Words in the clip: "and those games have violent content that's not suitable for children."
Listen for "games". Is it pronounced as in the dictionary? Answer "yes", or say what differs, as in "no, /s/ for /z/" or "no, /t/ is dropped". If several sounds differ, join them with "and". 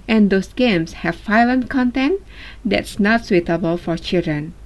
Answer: no, /s/ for /z/